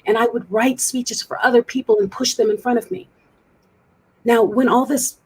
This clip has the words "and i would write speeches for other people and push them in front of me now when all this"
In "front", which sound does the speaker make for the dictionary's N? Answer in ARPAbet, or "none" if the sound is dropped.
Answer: none